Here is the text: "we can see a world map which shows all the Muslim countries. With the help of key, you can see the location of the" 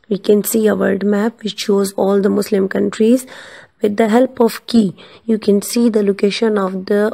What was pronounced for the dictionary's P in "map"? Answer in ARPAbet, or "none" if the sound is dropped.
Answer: P